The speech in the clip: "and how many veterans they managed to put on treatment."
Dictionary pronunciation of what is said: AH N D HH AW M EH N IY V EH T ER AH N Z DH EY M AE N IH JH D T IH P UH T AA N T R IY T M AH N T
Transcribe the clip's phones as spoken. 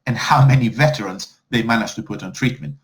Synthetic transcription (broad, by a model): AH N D HH AW M EH N IY V EH T ER AH N Z DH EY M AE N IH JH T IH P UH T N T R IY T M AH N T